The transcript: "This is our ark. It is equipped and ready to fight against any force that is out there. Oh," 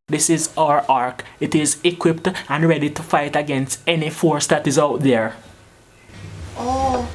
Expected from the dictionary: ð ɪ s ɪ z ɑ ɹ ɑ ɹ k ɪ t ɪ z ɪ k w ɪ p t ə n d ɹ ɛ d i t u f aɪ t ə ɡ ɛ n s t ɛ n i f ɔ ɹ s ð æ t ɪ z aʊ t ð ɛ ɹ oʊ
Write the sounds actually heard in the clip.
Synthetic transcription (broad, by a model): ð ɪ s ɪ z ɑ ɹ ɑ ɹ k ɪ t ɪ z ɪ k w ɪ p t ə n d ɹ ɛ d i t u f aɪ t ə ɡ ɛ n s t ɛ n i f ɔ ɹ s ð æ t ɪ z aʊ t ð ɛ ɹ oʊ